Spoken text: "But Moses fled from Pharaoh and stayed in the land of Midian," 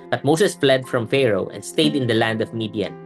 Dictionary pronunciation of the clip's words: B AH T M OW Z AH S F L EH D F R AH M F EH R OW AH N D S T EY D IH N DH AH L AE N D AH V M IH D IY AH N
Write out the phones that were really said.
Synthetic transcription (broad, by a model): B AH T M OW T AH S F L EH D F R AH M F EH R OW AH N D S T EY D IH N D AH L AE N D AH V M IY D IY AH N